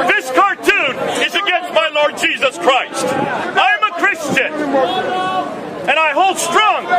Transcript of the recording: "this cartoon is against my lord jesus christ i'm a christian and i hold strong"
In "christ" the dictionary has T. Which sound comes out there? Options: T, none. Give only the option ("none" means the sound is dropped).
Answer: T